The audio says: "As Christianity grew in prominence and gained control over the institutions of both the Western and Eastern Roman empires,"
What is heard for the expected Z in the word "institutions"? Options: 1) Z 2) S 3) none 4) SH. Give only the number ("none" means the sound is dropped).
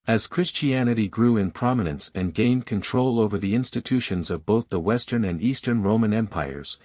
1